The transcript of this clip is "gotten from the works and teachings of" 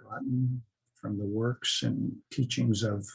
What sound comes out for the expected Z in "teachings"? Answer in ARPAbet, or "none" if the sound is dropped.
Z